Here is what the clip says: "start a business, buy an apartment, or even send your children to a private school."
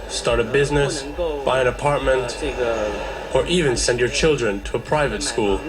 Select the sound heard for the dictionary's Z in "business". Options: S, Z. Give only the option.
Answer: Z